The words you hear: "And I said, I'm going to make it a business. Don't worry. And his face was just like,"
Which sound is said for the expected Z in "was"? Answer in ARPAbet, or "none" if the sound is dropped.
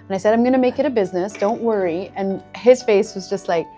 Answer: Z